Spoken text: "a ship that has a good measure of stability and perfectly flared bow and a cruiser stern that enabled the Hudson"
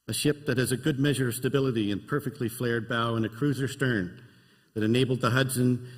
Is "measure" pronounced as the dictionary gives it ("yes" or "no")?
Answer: yes